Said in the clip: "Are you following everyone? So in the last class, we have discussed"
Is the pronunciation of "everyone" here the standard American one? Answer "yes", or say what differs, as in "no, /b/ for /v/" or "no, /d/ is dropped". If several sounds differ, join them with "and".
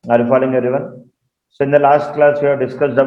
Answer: no, /v/ is dropped